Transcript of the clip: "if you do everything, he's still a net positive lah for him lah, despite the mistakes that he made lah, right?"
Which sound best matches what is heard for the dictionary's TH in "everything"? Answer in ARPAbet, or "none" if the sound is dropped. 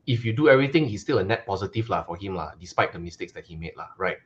T